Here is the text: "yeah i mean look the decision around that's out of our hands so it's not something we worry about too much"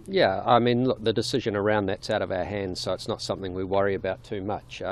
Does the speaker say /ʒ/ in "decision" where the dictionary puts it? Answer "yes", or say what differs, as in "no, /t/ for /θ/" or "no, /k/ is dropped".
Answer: yes